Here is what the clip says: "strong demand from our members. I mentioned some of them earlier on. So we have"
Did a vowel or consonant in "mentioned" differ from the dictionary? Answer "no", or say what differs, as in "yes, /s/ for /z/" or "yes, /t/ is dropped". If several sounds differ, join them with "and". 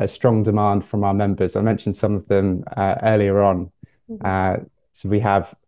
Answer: no